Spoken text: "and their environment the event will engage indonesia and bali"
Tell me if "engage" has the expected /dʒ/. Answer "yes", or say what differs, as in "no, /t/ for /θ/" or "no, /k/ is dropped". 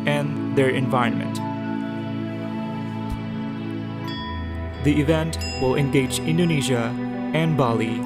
yes